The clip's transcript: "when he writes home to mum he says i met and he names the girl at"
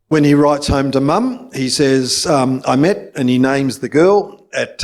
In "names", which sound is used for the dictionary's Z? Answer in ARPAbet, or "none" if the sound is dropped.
Z